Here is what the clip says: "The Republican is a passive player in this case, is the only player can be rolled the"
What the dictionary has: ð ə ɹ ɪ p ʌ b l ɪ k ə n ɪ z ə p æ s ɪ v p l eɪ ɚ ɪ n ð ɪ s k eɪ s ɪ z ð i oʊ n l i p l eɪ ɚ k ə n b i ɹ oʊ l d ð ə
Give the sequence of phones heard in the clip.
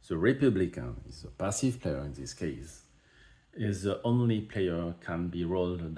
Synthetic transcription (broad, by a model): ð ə ɹ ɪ p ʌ b l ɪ k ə n ɪ z ə p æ s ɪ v p l eɪ ɚ ɪ n ð ɪ s k eɪ s ɪ z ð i oʊ n l i p l eɪ ɚ k ə n b i ɹ oʊ l d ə